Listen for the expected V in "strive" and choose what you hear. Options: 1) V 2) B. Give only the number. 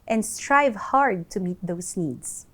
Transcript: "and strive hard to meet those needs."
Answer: 1